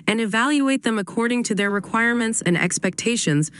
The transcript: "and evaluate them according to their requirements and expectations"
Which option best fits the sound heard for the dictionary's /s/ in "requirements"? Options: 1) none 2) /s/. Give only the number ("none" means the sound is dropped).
2